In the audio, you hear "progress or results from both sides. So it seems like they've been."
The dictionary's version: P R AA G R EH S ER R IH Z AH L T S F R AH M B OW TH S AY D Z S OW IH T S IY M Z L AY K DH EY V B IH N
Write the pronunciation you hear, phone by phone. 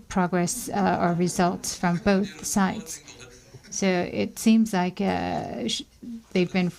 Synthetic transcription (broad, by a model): P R AA G R EH S ER R IH Z AH L T S F R AH M B OW TH S AY D Z S OW IH T S IY M Z L AY K DH EY V B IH N